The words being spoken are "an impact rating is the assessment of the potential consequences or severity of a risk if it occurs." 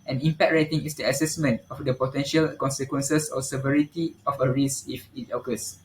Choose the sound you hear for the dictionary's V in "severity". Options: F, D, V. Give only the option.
V